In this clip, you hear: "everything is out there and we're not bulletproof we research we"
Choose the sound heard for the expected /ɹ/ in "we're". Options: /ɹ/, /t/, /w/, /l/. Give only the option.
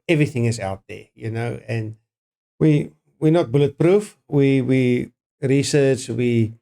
/w/